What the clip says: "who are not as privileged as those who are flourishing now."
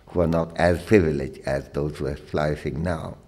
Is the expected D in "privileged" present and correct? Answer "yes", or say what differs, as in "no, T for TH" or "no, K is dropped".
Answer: no, D is dropped